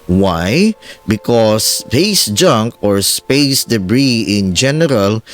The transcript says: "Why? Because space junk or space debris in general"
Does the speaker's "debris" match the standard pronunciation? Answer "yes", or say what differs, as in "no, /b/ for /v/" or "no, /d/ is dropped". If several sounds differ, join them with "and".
yes